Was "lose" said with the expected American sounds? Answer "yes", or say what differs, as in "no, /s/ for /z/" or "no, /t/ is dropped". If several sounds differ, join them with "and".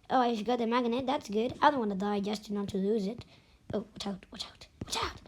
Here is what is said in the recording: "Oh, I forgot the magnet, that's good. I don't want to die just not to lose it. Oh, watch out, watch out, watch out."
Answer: yes